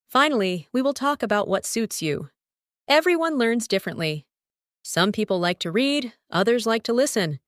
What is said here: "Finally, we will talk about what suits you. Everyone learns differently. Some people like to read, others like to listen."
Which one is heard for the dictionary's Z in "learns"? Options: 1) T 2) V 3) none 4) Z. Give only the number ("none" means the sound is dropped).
4